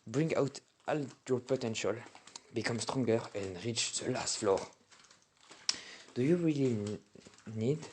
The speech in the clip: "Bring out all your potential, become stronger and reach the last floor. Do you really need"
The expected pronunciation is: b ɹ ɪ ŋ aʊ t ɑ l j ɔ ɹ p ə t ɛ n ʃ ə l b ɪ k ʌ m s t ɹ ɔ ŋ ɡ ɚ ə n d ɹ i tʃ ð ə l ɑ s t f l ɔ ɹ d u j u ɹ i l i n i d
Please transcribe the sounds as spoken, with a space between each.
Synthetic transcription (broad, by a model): b ɹ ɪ ŋ aʊ t ɑ l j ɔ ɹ p ə t ɛ n ʃ ə l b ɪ k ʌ m s t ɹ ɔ ŋ ɡ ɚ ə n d ɹ i tʃ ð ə l ɑ s t f l ɔ ɹ d u j u ɹ i l i n i d